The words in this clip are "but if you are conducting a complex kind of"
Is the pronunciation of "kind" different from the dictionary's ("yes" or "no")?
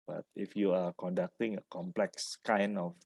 yes